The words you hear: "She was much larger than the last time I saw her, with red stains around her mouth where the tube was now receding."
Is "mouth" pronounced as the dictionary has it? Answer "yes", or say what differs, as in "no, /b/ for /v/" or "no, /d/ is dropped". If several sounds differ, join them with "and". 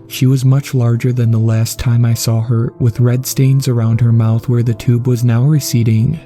yes